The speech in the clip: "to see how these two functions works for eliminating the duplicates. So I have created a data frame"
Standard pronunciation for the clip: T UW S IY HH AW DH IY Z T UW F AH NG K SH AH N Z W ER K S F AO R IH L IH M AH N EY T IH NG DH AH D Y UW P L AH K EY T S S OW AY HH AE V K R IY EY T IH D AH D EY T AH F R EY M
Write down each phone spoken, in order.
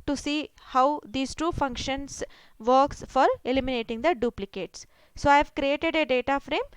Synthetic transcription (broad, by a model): T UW S IY HH AW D IY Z T UW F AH NG K SH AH N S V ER K S F AO R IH L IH M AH N EY T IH NG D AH D Y UW P L AH K EY T S S OW AY V K R IY EY T IH D AH D EY T AH F R EY M